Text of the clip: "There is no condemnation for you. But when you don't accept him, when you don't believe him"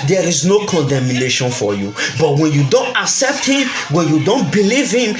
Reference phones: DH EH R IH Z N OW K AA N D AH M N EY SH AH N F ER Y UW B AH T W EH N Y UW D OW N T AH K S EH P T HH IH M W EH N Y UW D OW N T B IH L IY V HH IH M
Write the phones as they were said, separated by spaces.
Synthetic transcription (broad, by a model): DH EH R IH Z N OW K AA N D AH M N EY SH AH N F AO Y UW B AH T W EH N Y UW D OW N T AH K S EH P T HH IH M W EH N Y UW D OW N T B IH L IY V HH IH M